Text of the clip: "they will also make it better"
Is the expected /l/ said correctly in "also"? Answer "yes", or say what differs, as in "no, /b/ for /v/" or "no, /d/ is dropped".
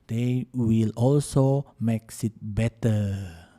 yes